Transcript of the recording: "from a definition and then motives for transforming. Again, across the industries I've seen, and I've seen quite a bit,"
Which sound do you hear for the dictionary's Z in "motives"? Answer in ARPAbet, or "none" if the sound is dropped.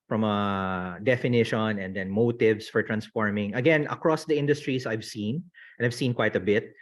S